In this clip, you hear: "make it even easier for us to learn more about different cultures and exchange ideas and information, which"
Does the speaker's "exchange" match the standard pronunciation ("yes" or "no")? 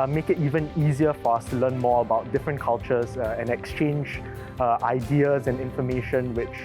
yes